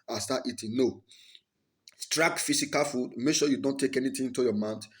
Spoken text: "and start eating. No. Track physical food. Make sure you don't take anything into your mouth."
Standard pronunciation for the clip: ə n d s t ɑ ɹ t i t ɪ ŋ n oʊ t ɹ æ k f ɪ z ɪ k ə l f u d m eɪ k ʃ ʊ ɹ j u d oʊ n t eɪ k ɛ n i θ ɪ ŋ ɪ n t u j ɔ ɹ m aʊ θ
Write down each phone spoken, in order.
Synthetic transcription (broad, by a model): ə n s t ɑ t i t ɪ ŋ n oʊ t ɹ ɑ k f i s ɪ k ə l f u d m eɪ k ʃ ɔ j u d oʊ n t eɪ k ɛ n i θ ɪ ɪ n t u j ɔ m aʊ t